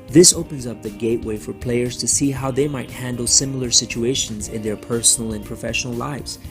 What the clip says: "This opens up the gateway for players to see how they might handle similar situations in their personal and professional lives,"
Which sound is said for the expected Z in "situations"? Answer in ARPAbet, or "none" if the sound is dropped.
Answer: Z